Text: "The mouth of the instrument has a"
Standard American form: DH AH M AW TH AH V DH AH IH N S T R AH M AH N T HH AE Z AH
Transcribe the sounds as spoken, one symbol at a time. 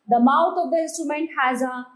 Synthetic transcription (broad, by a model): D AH M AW T AH V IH N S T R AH M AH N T HH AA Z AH